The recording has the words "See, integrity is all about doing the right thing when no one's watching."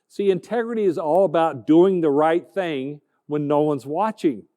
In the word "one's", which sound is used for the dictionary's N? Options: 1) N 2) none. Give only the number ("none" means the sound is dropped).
1